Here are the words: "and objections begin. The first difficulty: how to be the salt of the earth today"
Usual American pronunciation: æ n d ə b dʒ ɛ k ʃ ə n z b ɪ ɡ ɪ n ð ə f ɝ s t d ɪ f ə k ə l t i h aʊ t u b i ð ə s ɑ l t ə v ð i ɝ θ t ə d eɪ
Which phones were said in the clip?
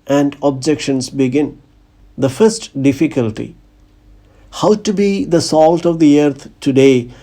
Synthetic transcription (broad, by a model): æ n d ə b dʒ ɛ k ʃ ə n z b ɪ ɡ ɪ n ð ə f ɝ s t d ɪ f ə k ə l t i h aʊ t u b i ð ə s ɑ l t ə v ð i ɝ t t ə d eɪ